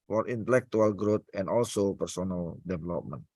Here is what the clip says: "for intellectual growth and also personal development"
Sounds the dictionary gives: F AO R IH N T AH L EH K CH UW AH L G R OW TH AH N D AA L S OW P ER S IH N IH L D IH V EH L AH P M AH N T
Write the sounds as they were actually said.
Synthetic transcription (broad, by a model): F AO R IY N T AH L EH K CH UW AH L G R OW T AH N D AA L S OW P ER S IH N IH L D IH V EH L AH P M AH N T